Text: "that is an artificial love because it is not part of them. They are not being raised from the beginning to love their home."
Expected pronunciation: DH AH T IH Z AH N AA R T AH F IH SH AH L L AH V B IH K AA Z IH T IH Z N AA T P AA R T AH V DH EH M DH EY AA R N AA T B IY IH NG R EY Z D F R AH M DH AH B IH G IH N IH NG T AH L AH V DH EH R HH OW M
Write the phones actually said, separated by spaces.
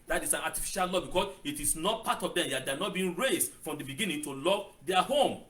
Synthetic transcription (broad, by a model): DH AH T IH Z AH N AA T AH F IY SH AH L L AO B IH K AA S IH T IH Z N AA T P AA T AH V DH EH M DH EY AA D N AA T B IY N R EY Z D F R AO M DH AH B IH G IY N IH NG T AH L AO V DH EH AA HH OW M